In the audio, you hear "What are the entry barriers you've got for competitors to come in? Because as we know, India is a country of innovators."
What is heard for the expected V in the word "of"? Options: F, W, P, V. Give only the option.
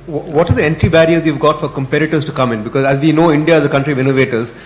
V